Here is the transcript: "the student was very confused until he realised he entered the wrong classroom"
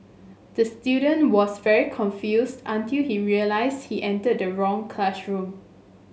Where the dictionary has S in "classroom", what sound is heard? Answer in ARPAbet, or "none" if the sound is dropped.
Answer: SH